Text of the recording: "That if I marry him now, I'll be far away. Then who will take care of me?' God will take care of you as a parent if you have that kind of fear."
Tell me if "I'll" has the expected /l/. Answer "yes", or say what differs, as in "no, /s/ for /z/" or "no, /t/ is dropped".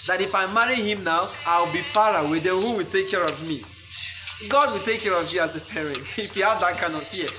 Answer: no, /w/ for /l/